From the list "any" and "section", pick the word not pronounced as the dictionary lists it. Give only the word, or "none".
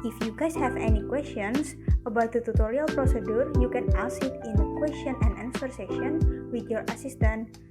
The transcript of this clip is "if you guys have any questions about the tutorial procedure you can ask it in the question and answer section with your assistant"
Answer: section